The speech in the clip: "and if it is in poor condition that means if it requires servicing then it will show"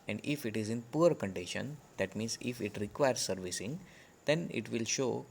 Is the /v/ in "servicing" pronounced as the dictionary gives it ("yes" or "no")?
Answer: yes